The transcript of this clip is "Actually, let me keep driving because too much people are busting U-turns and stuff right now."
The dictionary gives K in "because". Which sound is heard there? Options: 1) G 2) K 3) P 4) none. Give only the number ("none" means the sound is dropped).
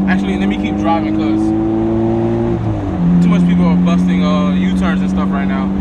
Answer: 4